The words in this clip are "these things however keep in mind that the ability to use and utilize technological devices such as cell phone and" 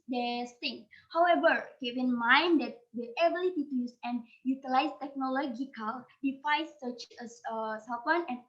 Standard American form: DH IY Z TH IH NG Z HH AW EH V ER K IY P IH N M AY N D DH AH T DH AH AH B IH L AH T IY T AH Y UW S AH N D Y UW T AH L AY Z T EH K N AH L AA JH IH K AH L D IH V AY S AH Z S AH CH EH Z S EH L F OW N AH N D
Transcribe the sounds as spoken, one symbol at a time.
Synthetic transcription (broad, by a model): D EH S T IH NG HH AW EH V ER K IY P IH N M AY N D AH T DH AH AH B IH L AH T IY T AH Y UW S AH N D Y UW T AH L AY S T EH K N AH L AA JH IH K AH L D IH F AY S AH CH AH S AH S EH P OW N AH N